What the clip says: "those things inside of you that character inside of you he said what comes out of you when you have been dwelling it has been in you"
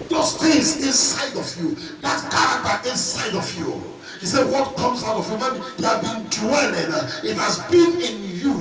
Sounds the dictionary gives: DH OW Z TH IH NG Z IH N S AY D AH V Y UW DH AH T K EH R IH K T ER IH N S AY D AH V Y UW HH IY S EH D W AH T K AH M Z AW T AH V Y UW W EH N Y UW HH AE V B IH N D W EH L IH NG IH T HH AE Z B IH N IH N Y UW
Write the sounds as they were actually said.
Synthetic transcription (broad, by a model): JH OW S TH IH Z IH N S AY D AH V Y UW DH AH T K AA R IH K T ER IH N S AY D AH V Y UW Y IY S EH W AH T K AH M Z AW T AH V Y UW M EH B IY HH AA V B IH N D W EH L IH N IH T HH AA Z B IH N IH N Y UW